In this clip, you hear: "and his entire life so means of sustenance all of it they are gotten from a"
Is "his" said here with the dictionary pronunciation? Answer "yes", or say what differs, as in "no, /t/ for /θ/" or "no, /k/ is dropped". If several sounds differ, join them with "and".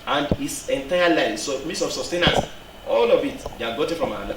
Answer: no, /s/ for /z/